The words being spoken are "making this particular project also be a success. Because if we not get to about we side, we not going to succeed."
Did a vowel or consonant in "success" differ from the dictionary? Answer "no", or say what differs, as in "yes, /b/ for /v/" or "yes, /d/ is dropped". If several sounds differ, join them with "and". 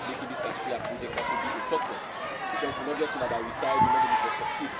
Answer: no